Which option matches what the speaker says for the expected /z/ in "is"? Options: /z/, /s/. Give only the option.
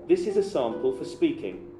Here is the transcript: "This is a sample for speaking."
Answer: /z/